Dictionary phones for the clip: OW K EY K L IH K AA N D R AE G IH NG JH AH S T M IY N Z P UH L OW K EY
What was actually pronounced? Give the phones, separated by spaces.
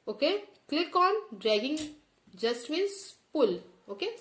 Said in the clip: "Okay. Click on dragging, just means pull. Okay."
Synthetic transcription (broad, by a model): OW K EY K L IH K AA N D R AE G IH NG JH AH S T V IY Z P UH L OW K EY